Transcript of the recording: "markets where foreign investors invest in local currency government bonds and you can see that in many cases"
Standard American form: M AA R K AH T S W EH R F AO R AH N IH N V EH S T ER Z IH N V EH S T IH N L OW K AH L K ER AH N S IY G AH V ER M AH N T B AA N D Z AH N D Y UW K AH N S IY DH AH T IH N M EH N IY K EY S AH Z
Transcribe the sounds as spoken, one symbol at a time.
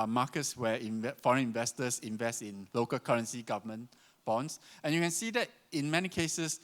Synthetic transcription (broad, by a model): M AA K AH T S W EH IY F AO R AH N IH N V EH S T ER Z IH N V EH S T IH N L OW K AH L K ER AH N S IY G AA V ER M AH N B AA N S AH N Y UW K AH N S IY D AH T IH N M EH N IY K EY S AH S